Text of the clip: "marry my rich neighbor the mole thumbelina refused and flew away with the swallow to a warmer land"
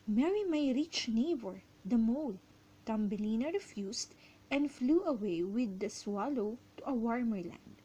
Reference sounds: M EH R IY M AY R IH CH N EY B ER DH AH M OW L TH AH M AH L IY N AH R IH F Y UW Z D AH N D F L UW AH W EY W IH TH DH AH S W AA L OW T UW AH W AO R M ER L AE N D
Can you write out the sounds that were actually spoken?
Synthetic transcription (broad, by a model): M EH R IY M AY R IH CH N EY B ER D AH M OW L T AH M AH L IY N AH R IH F Y UW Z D AH N D F L UW AH W EY W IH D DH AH S W AA L OW T UW AH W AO R M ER L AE N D